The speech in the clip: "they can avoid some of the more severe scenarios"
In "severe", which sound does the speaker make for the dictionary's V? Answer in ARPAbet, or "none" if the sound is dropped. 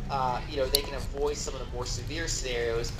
V